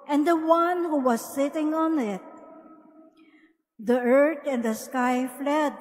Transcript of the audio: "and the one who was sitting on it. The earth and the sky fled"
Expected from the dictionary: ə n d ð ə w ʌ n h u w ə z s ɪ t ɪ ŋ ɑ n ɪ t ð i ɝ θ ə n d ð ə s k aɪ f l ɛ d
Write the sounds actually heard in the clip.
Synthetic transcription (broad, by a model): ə n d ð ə w ʌ n h u w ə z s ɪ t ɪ ŋ ɑ n ɪ t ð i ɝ t ə n d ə s k aɪ f l ɛ d